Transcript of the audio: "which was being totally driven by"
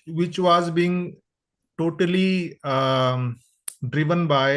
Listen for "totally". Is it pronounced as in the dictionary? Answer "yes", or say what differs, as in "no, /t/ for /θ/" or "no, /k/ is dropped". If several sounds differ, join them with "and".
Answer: yes